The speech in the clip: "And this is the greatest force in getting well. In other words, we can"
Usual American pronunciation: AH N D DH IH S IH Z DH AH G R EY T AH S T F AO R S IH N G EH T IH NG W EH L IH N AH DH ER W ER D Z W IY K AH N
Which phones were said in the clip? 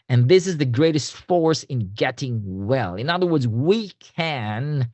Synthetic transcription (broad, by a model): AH N DH IH S IH Z DH AH G R EY T AH S T F AO R S IH N G EH T IH NG W EH L IH N AH DH ER W ER D Z W IY K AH N